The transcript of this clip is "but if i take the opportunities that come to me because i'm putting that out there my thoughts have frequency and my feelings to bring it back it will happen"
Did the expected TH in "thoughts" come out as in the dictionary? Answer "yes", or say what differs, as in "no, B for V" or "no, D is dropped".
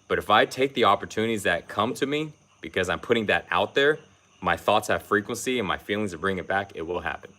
yes